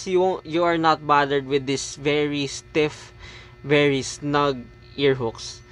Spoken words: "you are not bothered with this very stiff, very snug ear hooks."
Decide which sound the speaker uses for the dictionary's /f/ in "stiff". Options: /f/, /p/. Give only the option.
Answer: /f/